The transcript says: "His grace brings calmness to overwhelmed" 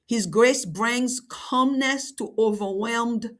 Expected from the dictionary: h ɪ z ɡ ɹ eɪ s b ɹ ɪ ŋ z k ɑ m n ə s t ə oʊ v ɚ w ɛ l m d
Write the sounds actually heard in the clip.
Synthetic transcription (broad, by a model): h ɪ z ɡ ɹ eɪ s b ɹ ɪ ŋ z k ɑ m n ə s t ə oʊ v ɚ w ɛ l m d